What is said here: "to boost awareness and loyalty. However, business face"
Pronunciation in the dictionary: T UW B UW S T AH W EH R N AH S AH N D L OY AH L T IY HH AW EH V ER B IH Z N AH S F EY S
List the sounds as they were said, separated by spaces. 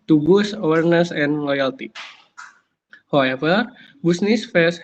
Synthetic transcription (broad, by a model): T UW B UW S AH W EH R N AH S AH N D L OY AH L T IY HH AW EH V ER B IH S N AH S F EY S